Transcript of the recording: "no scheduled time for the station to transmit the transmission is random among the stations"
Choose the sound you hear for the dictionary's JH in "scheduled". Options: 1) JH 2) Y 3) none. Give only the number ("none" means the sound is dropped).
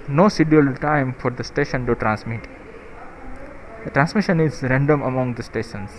3